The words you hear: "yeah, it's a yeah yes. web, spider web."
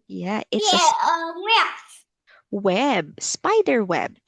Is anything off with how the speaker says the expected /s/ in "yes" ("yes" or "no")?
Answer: yes